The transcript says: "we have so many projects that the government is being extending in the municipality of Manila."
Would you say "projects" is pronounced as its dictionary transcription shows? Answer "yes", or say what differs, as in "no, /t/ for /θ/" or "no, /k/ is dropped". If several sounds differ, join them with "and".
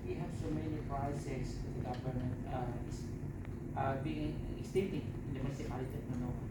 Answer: no, /k/ is dropped